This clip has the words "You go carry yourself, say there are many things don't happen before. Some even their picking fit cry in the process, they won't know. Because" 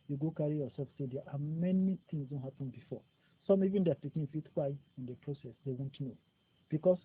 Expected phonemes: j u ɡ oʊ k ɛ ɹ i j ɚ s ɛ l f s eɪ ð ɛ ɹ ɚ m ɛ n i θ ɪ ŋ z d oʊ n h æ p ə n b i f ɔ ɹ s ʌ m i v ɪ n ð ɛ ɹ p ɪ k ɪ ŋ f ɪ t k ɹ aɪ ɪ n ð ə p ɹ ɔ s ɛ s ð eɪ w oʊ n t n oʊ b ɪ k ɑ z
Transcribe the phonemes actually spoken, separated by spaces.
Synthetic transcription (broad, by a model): j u ɡ oʊ k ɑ ɹ i j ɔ s ɛ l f s eɪ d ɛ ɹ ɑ m ɛ n i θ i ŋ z d oʊ n h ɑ p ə n b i f ɔ s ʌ m i v ɪ n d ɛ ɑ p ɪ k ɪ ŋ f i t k w aɪ ɪ n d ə p ɹ ɔ s ɛ s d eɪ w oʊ n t n oʊ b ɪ k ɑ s